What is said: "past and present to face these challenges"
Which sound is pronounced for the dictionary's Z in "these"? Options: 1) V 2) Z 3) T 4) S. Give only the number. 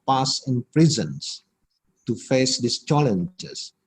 4